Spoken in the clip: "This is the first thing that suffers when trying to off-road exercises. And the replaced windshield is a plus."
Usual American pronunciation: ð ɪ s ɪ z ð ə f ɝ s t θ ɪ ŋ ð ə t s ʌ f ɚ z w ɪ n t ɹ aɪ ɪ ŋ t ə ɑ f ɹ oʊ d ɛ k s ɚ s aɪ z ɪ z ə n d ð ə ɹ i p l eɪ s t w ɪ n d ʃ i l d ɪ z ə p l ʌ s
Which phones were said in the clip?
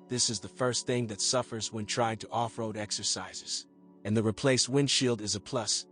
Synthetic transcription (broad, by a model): ð ɪ s ɪ z ð ə f ɝ s t θ ɪ ŋ ð ə t s ʌ f ɚ z w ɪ n t ɹ aɪ ɪ ŋ t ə ɑ f ɹ oʊ d ɛ k s ɚ s aɪ z ɪ z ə n ð ə ɹ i p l eɪ s t w ɪ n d ʃ i l d ɪ z ə p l ʌ s